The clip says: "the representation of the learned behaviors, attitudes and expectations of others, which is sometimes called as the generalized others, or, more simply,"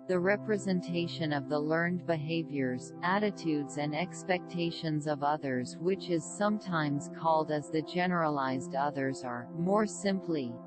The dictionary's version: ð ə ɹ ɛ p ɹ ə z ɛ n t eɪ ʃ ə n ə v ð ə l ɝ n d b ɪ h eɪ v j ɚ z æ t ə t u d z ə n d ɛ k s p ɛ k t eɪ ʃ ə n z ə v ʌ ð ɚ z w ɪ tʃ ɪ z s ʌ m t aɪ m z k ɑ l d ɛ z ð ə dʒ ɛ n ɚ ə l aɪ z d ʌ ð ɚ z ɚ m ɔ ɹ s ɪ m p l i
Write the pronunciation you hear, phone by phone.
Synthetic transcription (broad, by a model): ð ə ɹ ɛ p ɹ ə z ɛ n t eɪ ʃ ə n ə v ð ə l ɝ n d b ɪ h eɪ v j ɚ z æ t ə t u d z ə n d ɛ k s p ɛ k t eɪ ʃ ə n z ə v ʌ ð ɚ z w ɪ tʃ ɪ z s ʌ m t aɪ m z k ɑ l d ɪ z ð ə dʒ ɛ n ɚ ə l aɪ z d ʌ ð ɚ z ɚ m ɔ ɹ s ɪ m p l i